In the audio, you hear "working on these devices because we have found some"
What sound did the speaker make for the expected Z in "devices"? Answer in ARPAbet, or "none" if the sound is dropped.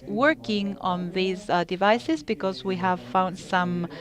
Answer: Z